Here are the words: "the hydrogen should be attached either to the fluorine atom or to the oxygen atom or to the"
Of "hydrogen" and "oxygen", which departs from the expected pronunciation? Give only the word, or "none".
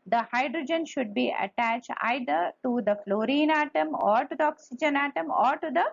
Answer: none